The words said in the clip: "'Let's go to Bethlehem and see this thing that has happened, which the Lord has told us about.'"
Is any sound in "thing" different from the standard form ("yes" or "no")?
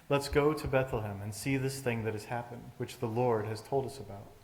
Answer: no